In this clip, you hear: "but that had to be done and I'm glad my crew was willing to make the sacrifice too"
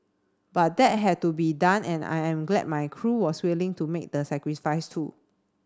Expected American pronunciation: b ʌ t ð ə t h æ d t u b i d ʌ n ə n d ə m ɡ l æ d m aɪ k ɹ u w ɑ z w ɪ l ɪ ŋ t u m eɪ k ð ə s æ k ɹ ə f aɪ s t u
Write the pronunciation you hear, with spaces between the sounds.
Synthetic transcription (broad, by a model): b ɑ t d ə t h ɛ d t u b i d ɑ n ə n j ə m ɡ l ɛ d m aɪ k ɹ u w ɑ s w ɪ l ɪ ŋ t u m eɪ k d ə s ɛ k ɹ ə f aɪ s t u